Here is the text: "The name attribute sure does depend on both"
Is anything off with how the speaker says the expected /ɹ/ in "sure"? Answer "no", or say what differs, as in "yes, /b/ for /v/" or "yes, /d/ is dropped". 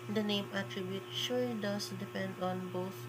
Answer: yes, /l/ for /ɹ/